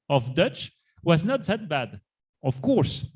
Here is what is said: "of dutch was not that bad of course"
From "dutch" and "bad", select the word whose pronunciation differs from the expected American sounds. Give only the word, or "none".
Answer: none